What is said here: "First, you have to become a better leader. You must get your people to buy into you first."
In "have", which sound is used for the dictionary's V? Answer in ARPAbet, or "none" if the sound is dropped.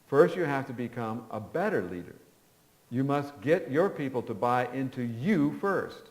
F